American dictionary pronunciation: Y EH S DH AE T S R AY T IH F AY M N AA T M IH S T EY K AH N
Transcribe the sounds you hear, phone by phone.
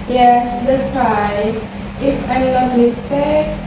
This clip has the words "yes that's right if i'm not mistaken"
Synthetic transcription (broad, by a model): Y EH S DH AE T S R AY IH F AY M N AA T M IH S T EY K